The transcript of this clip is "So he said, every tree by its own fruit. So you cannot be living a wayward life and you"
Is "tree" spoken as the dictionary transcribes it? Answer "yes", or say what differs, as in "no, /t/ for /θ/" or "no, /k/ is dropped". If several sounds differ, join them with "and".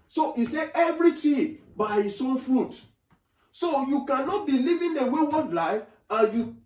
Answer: no, /ɹ/ is dropped